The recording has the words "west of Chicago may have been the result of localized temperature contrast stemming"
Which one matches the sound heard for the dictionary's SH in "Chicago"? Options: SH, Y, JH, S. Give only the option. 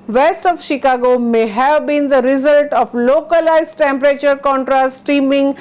SH